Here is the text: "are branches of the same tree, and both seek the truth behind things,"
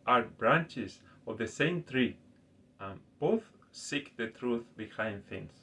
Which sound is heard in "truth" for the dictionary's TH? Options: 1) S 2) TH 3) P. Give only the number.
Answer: 2